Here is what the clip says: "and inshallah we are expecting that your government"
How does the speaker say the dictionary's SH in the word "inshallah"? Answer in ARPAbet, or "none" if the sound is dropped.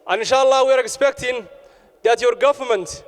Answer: SH